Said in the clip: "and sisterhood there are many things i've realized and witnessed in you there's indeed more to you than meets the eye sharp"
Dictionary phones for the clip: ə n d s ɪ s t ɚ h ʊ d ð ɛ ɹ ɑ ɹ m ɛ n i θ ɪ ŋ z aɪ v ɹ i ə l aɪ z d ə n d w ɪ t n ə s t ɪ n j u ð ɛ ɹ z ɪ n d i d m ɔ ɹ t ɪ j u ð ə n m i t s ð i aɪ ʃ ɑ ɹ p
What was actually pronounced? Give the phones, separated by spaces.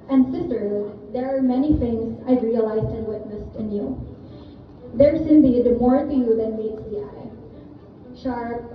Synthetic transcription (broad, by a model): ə n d s ɪ s t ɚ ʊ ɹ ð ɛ ɹ ɑ ɹ m ɛ n i θ ɪ ŋ z aɪ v ɹ i ə l aɪ z d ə n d w ɪ t n ə s t ɪ n j u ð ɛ ɹ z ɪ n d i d m ɔ ɹ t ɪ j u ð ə n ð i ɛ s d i aɪ ʃ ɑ ɹ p